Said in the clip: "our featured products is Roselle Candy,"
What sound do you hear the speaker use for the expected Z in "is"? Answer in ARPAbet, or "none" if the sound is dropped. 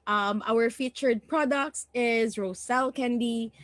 Z